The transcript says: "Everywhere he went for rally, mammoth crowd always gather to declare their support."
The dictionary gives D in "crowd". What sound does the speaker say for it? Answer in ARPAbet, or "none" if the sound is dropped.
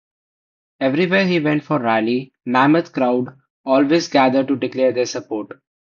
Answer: D